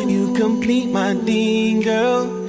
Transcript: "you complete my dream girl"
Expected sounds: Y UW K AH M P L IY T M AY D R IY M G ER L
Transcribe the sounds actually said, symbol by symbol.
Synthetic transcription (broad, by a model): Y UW K AH M P L IY T M AY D IY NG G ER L